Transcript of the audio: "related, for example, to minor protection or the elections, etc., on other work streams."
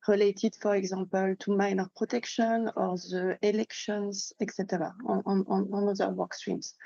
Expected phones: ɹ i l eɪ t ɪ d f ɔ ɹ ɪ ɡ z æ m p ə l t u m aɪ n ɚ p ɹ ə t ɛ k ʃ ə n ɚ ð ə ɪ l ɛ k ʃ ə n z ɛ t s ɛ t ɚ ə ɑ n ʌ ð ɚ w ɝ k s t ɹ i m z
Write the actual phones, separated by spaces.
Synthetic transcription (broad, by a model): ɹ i l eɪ t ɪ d f ɔ ɹ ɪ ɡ z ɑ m p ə l t u m aɪ n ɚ p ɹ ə t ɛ k ʃ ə n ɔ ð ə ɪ l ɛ k ʃ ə n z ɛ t s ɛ t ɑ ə ɑ n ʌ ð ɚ w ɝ k s t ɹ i m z